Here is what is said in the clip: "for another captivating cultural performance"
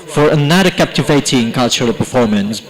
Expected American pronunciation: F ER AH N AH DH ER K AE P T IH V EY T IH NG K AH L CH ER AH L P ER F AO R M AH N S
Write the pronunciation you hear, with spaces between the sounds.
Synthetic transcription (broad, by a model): F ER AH N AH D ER K AE P T IH V EY T IH NG K AH L CH ER AH L P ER F AO R M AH N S